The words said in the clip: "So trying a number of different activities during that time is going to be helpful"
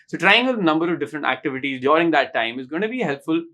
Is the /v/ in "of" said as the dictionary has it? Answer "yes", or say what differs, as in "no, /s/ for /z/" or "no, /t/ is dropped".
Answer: yes